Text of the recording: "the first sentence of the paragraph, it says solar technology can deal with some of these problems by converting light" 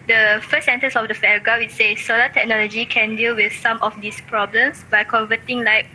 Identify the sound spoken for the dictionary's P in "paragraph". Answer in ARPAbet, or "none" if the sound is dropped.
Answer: F